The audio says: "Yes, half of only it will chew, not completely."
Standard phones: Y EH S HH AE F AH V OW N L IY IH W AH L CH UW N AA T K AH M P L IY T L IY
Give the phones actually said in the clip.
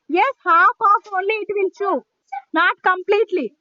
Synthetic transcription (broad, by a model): Y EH S HH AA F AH P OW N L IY IH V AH N CH UW N AA T K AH M P L IY T L IY